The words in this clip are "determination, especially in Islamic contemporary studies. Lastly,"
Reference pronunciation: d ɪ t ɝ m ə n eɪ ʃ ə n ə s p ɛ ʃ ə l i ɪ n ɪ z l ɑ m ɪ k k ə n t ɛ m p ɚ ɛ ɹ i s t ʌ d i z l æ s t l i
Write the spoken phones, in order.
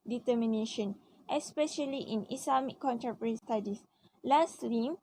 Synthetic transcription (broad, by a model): d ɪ t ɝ m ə n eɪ ʃ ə n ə s p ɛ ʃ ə l i ɪ n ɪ s l ɑ m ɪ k k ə n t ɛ p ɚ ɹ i s t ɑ d i s l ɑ s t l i